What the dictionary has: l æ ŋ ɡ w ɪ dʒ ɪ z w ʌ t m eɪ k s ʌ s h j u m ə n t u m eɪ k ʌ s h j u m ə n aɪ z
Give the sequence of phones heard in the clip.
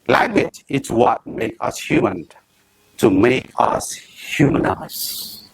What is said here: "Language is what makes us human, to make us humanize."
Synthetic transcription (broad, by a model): l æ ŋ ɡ w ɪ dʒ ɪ s w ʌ t m eɪ k ʌ s h j u m ə n t u m eɪ k ʌ s h j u m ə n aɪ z